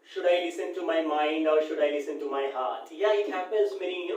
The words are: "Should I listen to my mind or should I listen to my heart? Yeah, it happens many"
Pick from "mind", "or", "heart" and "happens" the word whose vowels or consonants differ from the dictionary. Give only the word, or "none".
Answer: none